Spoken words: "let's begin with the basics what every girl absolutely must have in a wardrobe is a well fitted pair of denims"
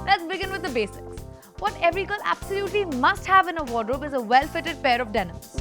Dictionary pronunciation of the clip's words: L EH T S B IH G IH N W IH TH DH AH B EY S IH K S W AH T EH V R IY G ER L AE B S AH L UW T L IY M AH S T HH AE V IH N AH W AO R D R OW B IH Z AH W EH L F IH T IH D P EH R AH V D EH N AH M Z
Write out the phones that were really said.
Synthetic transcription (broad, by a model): L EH T S B IH G IH N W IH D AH B EY S IH K S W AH T EH V R IY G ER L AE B S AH L UW T L IY M AH S T HH AE V IH N AH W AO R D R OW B IH Z AH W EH L F IH T IH D P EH R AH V D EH N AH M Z